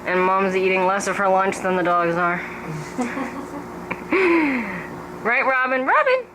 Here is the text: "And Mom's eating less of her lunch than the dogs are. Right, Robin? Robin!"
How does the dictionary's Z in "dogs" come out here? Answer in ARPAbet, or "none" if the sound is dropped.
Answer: Z